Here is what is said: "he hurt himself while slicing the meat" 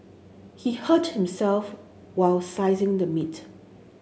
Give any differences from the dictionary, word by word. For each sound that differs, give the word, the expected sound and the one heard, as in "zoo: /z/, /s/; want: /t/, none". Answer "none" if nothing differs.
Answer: slicing: /l/, none